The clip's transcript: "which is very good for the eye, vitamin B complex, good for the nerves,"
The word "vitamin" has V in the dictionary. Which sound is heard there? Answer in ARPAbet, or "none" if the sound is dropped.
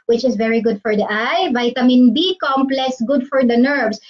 V